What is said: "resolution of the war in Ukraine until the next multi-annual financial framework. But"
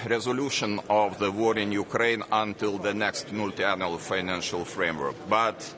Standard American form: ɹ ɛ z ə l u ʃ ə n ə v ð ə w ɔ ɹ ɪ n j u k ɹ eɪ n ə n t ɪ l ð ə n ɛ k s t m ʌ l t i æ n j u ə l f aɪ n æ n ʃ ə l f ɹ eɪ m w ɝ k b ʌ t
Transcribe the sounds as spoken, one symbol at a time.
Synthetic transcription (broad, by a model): ɹ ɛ z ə l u ʃ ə n ə v ð ə w ɔ ɹ ɪ n j u k ɹ eɪ n ə n t ɪ l ð ə n ɛ k s t m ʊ l t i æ n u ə l f aɪ n æ n ʃ ə l f ɹ eɪ m w ɝ k b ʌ t